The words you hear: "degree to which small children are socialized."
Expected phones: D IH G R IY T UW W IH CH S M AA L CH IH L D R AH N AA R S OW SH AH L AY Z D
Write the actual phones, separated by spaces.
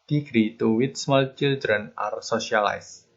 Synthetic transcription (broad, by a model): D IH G R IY T UW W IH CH S M AA L CH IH L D R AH N AA R S OW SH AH L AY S